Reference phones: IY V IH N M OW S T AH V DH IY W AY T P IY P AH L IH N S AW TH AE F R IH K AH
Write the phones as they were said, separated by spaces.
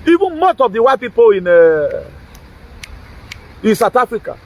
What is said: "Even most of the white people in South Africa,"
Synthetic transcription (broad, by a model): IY V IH N M OW S T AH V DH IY W AY T P IY P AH N IH N S AW T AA F R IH K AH